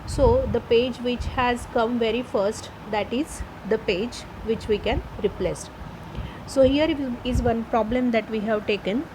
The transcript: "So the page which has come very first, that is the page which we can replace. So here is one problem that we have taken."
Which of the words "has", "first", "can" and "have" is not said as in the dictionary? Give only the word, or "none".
none